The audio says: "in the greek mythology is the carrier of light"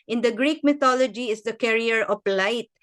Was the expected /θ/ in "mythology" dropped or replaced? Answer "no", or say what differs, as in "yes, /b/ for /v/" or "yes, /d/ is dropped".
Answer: yes, /t/ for /θ/